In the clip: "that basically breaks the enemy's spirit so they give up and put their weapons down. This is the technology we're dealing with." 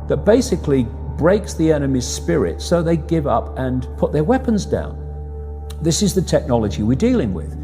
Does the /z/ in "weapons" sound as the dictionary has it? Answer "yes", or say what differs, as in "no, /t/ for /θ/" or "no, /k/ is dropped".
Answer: yes